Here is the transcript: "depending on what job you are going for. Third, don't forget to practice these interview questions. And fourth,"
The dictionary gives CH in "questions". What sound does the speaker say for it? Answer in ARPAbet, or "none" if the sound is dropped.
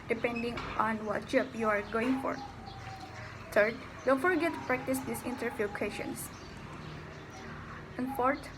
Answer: none